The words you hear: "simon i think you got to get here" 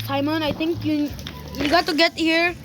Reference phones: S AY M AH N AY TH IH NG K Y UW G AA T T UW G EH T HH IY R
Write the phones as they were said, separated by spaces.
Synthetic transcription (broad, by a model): S AY M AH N AY T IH NG K Y UW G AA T T UW G EH T HH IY R